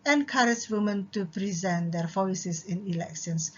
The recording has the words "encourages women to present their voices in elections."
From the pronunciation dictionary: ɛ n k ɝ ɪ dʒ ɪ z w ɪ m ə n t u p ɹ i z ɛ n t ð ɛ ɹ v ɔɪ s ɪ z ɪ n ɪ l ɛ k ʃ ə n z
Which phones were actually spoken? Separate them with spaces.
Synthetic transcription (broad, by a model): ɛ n k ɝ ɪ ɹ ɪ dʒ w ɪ m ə n t u p ɹ i z ɛ n t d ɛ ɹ f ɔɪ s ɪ s ɪ n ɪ l ɛ k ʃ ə n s